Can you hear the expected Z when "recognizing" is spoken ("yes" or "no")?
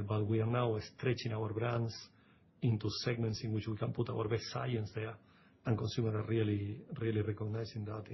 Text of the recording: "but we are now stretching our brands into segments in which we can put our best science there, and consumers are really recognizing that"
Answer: no